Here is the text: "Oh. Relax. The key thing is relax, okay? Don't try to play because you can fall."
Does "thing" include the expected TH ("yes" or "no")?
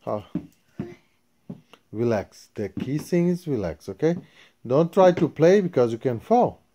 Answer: no